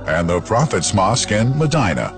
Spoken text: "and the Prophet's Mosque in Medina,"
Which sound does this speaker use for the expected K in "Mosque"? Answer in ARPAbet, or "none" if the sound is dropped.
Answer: K